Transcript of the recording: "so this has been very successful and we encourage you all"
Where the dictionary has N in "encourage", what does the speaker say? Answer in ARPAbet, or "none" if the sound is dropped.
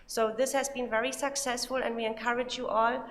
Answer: N